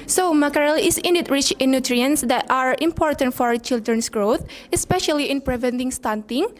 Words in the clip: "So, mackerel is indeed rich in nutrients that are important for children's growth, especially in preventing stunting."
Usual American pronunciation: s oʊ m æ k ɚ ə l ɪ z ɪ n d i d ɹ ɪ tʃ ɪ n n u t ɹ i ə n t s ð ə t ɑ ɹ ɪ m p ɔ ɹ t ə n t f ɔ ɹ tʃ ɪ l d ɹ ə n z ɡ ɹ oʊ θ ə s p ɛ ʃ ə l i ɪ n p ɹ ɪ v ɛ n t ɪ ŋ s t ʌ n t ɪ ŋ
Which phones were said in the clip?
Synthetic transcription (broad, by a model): s oʊ m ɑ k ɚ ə l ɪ s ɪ n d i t ɹ ɪ tʃ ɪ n n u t ɹ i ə n s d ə t ɑ ɹ ɪ m p ɔ ɹ t ə n t f ɔ ɹ tʃ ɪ l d ɹ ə n s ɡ ɹ oʊ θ ə s p ɛ ʃ ə l i ɪ n p ɹ ɪ v ɛ n t ɪ ŋ s t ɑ n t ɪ ŋ